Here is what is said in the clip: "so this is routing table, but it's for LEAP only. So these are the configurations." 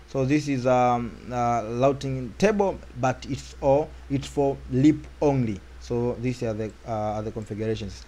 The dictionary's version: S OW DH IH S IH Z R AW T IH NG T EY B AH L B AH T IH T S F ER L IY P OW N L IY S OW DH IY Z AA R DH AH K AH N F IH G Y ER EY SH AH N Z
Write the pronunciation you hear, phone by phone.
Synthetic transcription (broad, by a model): S OW DH IH S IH Z L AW T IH NG T EY B AH L B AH T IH T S F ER L IY P OW N L IY S OW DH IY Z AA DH DH AH K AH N F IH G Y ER EY SH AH N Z